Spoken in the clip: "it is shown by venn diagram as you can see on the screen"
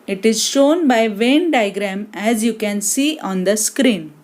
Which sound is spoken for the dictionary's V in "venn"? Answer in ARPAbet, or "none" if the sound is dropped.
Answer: V